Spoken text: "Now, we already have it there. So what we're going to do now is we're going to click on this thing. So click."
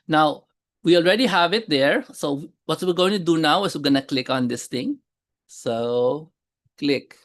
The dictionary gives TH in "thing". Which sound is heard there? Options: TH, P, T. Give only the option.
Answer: T